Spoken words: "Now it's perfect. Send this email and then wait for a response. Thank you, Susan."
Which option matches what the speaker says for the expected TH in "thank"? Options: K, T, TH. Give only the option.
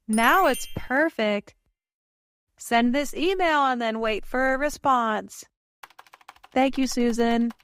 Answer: TH